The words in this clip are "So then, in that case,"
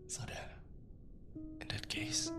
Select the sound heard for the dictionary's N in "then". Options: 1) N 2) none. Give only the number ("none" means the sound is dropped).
2